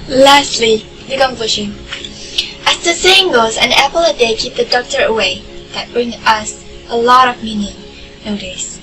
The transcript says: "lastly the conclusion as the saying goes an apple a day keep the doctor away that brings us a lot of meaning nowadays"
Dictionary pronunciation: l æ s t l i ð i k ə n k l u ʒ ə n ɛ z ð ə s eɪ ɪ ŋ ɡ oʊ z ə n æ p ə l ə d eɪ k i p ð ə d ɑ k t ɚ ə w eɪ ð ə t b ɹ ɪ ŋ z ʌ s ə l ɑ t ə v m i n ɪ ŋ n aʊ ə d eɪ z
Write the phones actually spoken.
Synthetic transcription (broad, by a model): l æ s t l i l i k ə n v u ʃ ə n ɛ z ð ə s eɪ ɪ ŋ ɡ oʊ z ə n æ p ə l ə d eɪ k i p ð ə d ɑ k t ɚ ə w eɪ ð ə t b ɹ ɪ ŋ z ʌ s ə l ɑ t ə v m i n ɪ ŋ n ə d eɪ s